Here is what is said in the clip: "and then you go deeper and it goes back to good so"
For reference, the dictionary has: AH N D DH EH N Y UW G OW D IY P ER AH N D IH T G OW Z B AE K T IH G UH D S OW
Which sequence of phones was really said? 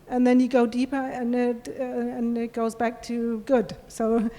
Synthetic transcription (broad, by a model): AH N DH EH N Y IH G OW D IY P ER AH N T IH T G OW Z B AE K T IH G UH D S OW